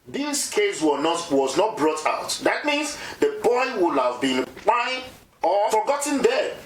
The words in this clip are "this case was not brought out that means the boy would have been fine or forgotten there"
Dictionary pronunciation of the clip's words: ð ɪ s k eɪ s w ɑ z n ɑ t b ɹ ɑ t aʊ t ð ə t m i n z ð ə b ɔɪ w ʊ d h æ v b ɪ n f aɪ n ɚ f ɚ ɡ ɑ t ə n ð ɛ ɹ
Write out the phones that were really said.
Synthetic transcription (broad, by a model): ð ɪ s k eɪ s w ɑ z n ɑ t b ɹ ɑ t aʊ t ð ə t m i n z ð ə b ɔɪ w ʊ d h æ v b ɪ n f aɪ ɚ f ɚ ɡ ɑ t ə n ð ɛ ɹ